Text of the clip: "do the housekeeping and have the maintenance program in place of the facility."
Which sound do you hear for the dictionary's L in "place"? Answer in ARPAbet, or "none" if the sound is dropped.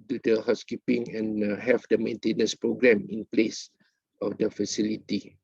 L